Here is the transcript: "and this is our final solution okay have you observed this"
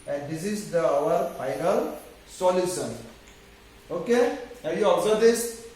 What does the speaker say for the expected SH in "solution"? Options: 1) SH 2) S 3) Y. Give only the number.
2